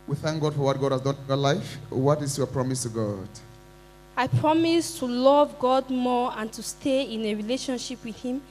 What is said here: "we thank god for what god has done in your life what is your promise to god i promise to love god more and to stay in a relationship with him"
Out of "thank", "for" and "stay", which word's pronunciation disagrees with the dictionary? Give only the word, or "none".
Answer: none